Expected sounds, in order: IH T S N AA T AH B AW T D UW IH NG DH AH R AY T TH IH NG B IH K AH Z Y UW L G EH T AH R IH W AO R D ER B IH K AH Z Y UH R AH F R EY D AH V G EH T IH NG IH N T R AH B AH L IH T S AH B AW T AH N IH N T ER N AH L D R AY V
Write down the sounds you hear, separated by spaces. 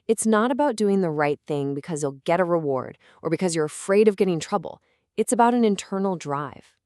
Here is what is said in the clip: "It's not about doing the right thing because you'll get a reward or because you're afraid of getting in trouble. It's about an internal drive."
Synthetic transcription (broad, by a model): IH T S N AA T AH B AW T D UW IH NG DH AH R AY T TH IH NG B IH K AH Z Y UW L G EH T AH R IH W AO R D ER B IH K AH Z Y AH R AH F R EY D AH V G EH T IH NG T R AH B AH L IH T S AH B AW T AH N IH N T ER N L D R AY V